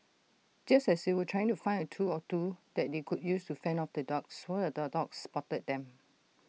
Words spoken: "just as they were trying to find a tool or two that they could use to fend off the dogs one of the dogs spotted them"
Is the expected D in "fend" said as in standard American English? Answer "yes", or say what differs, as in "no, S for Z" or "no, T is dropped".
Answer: no, D is dropped